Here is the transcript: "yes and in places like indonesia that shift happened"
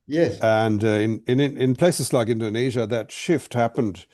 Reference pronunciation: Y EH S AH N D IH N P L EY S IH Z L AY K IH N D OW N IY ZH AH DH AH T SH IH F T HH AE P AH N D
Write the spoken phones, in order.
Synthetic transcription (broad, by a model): Y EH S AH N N IH N P L EY S IH Z L AY K IH N D OW N IY ZH AH DH AH T SH IH F T HH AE P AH N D